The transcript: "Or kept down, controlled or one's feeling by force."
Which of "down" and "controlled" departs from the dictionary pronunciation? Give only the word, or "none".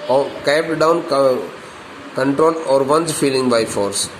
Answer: controlled